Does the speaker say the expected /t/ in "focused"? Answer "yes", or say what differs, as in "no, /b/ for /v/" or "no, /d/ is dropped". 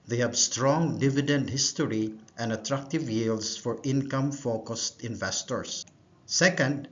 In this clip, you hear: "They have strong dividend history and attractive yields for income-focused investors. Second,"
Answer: yes